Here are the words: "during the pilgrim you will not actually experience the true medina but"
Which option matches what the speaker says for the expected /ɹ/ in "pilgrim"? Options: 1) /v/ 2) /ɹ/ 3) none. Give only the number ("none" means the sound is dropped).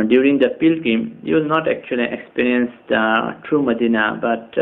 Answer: 3